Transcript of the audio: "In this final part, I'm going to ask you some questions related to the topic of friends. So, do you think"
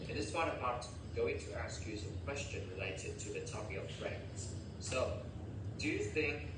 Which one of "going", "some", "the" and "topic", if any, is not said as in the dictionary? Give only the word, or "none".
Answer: topic